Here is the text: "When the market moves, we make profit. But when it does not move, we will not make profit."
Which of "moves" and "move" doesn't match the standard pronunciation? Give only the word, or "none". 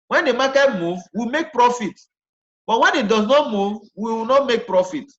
moves